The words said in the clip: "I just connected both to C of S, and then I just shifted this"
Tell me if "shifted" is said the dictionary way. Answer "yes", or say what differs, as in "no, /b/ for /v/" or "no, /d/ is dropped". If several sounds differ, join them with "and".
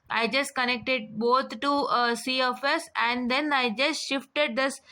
yes